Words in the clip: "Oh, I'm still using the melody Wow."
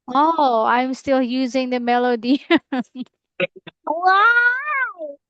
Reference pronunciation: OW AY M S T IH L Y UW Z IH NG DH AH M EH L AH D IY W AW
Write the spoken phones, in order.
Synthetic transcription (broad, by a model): OW AY M S T IH L Y UW Z IH NG DH AH M EH L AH D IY W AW